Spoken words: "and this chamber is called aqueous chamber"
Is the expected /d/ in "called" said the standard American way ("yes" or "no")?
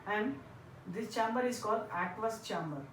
yes